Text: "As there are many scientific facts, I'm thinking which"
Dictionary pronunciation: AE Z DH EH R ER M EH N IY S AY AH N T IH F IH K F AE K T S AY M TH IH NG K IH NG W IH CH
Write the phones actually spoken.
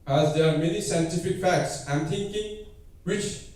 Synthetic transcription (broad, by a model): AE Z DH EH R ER M EH N IY S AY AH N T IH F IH K F AE K T S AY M T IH NG K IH NG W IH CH